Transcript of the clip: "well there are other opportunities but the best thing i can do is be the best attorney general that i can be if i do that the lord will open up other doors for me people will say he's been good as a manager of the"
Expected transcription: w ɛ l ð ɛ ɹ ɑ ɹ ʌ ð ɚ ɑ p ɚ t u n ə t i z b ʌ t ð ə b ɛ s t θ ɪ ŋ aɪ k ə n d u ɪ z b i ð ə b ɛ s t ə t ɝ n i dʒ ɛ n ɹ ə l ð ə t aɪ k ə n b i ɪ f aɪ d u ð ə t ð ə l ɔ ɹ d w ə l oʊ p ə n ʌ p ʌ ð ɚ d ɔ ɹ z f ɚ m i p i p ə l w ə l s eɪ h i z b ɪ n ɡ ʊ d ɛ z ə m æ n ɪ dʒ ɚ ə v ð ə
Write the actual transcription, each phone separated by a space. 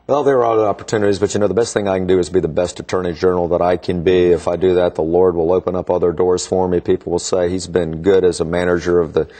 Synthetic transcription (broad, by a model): w ɛ l ð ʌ ɹ ɹ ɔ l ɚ ɑ p ɚ t u n ə t i z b ʌ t ð ə b ɛ s t θ ɪ ŋ aɪ k n d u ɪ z b i ð ə b ɛ s t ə t ɝ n i dʒ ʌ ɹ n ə l ð ə t aɪ k ə n b i ɪ f aɪ d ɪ ð ə t ð ə l ɔ ɹ d w ə l oʊ p ə n ʌ p ʌ ð ɚ d ɔ ɹ z f ɚ m i p i p l w ə l s eɪ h i z b ɪ n ɡ ʊ d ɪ z ə m æ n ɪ dʒ ɚ ə v ð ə